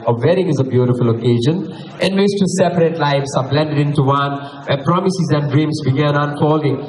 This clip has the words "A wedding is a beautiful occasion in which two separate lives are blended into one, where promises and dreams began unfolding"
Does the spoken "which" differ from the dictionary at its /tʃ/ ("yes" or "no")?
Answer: yes